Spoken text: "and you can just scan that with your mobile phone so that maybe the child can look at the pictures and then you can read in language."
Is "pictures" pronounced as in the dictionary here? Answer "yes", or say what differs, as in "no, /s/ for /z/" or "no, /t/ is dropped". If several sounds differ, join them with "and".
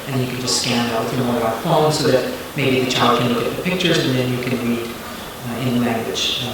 yes